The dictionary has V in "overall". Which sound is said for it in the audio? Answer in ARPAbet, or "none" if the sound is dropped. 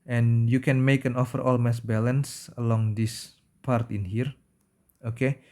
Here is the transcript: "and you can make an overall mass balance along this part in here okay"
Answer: F